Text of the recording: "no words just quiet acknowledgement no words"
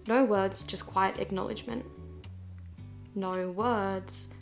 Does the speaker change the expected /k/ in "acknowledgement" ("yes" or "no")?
no